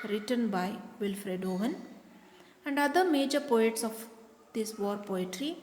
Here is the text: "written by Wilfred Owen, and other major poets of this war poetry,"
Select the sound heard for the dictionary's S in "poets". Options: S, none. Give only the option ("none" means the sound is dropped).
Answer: S